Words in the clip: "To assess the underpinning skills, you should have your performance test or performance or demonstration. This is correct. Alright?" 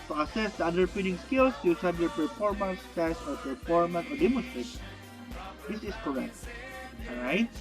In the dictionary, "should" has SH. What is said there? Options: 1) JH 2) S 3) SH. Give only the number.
2